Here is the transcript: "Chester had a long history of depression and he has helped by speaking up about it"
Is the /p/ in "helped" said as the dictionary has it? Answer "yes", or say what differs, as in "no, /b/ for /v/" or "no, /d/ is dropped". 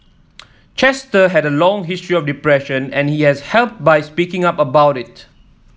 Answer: yes